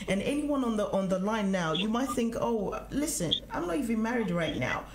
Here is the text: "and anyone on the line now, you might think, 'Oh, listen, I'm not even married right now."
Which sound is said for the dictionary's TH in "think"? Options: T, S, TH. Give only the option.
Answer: TH